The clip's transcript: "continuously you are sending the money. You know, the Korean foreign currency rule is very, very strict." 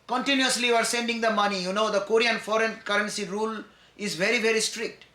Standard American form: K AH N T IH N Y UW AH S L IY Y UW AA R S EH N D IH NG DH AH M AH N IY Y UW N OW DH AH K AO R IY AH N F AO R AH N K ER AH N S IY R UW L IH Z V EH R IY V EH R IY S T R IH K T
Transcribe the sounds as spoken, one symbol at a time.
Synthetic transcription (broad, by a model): K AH N T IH N Y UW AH S L IY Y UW AA R S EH N D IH NG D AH M AH N IY Y UW N OW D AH K AO R IY AH N F AO R AH N K ER AH N S IY R UW L IH Z V EH R IY V EH R IY S T R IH K T